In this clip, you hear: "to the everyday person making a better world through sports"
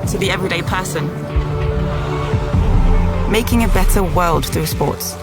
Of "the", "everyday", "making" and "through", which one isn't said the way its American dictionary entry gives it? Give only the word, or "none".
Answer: none